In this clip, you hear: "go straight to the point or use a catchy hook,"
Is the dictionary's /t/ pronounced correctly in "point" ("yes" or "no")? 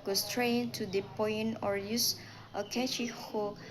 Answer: no